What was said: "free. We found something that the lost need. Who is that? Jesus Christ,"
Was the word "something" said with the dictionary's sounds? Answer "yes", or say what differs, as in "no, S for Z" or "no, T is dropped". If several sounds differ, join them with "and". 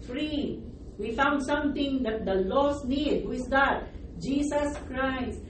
no, T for TH